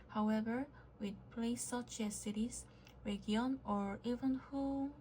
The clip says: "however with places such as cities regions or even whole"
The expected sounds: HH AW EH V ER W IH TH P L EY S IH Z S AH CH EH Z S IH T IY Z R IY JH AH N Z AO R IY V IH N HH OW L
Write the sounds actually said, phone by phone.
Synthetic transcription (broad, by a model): HH AW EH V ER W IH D P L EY IH S AH CH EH S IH T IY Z R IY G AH N AO R IY V IH N HH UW